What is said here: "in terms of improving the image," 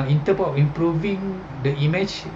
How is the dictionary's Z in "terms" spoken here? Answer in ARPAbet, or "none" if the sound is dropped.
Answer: none